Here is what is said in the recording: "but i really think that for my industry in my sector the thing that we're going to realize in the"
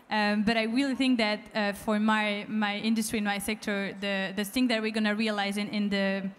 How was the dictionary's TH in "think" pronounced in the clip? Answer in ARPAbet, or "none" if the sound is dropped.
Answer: TH